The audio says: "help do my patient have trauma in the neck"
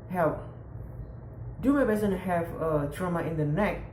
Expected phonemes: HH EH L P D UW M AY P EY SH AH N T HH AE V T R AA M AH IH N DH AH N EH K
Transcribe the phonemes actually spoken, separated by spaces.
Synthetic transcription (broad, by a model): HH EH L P D UW M AY B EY S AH N HH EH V T R AA M AH IH N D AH N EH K